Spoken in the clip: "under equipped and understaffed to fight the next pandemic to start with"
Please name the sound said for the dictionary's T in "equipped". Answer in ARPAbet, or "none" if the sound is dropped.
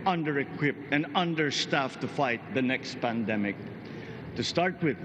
none